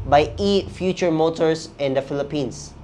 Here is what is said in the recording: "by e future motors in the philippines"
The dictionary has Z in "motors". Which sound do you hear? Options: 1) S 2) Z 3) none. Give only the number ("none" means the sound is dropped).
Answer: 1